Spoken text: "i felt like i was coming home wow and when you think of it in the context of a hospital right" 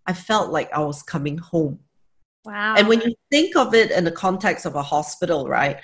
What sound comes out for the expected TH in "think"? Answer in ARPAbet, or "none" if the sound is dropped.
TH